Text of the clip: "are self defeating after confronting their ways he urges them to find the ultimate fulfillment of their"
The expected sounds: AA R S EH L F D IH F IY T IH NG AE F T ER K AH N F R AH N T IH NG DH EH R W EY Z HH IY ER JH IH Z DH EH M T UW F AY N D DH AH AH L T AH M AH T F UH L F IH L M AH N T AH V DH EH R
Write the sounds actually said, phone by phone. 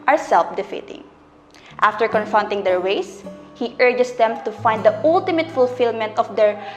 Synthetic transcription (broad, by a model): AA R S EH L F D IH F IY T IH NG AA F T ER K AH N F R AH N T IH NG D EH R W EY S HH IY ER JH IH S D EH M T UW F AY N D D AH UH L T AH M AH T F UH L F IH L M AH N T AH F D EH R